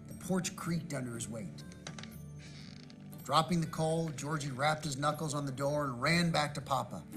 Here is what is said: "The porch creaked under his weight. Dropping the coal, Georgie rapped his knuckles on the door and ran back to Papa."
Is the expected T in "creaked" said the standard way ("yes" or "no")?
yes